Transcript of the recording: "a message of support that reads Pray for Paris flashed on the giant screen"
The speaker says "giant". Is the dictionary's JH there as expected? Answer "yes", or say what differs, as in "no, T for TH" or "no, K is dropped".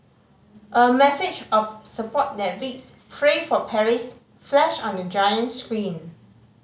yes